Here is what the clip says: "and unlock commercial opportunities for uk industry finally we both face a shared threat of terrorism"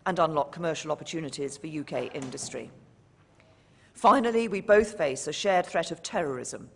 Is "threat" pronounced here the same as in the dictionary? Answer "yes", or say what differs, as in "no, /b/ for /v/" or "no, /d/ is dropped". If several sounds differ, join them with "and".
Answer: yes